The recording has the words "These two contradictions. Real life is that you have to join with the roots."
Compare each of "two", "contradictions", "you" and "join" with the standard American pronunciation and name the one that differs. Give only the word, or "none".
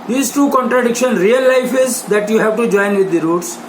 contradictions